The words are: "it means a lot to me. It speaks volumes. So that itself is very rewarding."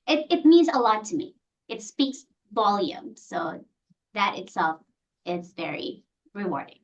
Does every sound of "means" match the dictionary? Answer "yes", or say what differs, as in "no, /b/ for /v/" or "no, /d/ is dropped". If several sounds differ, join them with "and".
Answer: yes